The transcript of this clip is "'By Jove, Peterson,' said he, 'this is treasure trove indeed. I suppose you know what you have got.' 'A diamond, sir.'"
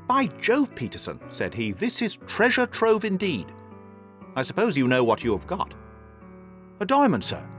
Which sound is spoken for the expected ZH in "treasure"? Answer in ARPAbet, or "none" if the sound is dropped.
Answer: ZH